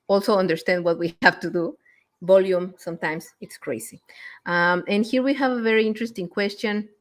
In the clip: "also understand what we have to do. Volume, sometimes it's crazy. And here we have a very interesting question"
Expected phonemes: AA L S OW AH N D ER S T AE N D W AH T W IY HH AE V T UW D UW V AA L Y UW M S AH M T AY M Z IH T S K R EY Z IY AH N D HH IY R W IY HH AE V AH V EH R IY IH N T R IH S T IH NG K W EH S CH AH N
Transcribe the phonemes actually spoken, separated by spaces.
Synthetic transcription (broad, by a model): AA L S OW AH N D ER S T AE N D W AH T W IY HH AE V T UW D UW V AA L Y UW M S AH M T AY M S IH T S K R EY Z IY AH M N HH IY R W IY HH AE V AH V EH R IY IH N T R IH S T IH NG K W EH S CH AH N